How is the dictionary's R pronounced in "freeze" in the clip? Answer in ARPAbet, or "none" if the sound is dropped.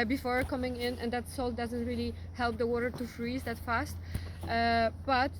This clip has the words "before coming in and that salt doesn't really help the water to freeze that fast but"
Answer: R